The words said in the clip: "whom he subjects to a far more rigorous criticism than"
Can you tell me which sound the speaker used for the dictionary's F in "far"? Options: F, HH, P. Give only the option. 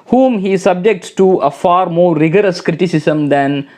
F